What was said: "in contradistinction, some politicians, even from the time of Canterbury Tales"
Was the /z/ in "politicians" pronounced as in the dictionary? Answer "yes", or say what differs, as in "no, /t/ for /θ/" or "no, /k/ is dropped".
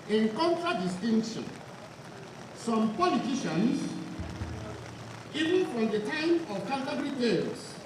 no, /s/ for /z/